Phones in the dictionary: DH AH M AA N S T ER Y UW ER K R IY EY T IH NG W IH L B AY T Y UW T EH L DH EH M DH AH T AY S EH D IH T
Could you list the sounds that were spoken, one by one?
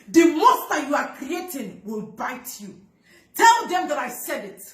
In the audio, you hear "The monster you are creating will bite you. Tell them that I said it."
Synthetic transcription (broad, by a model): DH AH M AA S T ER Y UW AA K R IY EY T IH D W IH L B AY T Y UW T EH L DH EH M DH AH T AY S EH D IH T